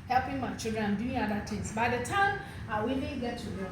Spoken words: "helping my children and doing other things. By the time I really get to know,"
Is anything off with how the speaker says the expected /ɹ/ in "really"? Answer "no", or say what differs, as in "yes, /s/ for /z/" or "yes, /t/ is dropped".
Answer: yes, /w/ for /ɹ/